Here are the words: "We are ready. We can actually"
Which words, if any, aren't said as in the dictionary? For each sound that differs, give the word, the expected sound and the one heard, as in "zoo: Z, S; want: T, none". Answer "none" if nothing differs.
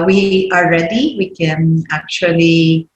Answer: are: R, L